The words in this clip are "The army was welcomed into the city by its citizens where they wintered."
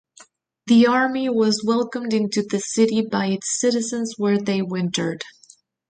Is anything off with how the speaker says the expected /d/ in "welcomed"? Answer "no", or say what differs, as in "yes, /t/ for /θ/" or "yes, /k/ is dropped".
no